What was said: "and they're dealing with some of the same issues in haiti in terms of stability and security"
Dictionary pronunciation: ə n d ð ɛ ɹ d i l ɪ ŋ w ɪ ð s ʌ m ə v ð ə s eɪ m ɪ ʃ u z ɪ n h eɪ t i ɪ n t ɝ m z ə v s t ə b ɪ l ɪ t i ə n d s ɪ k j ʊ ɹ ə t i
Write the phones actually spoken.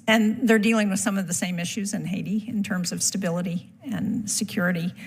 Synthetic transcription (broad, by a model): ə n ð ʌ ɹ d i l ɪ ŋ w ɪ ð s ʌ m ə v ð ə s eɪ m ɪ ʃ u z ɪ n h eɪ t i ɪ n t ɝ m z ə v s t ə b ɪ l ɪ t i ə n s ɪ k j ʊ ɹ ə t i